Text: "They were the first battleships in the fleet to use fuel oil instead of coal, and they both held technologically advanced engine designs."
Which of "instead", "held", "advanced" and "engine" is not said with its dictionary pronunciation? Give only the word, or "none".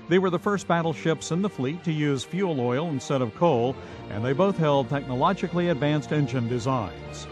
none